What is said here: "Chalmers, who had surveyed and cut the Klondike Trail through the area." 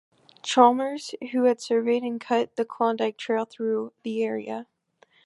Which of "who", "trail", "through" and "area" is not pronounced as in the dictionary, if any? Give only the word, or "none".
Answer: none